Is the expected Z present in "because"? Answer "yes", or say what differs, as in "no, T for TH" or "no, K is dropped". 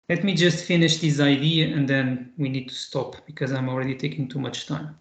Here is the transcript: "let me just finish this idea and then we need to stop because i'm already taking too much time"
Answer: yes